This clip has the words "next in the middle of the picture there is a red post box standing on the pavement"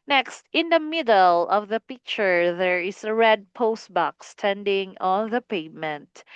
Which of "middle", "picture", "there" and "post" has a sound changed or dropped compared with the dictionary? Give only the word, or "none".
none